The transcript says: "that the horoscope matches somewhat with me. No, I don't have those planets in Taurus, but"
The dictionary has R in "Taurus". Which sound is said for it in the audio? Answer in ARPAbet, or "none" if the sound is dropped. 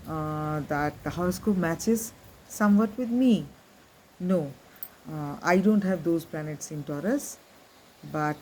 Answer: R